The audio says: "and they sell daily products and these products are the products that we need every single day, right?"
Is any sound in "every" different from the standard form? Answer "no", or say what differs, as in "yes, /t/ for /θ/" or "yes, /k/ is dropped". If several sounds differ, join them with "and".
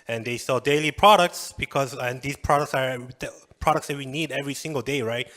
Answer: no